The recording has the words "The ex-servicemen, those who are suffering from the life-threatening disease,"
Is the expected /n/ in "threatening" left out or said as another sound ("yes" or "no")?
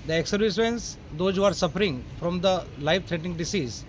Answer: yes